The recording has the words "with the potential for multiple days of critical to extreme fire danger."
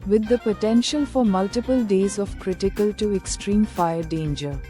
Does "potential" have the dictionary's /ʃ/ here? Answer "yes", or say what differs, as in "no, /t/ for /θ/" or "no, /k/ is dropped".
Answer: yes